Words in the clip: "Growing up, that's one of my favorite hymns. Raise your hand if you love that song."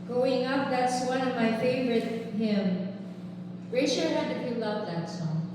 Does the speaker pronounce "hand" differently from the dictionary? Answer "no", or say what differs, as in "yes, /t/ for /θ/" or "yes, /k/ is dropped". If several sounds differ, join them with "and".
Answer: yes, /n/ is dropped